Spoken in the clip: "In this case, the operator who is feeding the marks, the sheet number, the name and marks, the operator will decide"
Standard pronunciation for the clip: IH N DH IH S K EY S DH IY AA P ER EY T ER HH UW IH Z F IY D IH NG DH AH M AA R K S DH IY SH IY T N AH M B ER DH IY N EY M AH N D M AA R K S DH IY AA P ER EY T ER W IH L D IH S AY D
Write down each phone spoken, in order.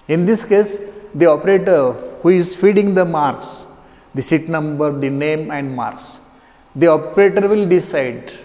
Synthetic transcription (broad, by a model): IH N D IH S K EY S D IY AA P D EY T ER HH UW IH Z F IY D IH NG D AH M AA R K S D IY S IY T N AH M B ER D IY N EY M AH N D M AA R S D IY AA P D EY T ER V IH L D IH S AY D